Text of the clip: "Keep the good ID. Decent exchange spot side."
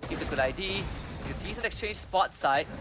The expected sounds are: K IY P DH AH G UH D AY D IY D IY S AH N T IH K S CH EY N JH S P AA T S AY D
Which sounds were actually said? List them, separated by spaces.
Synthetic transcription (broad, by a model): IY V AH G UH D AY D IY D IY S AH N IH K S CH EY N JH S P AA T S AY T